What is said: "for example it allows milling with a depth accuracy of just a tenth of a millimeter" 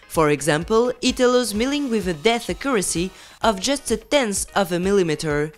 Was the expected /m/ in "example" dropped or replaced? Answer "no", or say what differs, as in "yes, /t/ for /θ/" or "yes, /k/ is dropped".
no